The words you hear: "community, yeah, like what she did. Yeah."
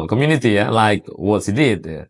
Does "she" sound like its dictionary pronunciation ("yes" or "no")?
no